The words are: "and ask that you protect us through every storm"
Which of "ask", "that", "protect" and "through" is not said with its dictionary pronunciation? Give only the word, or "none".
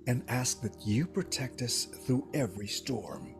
none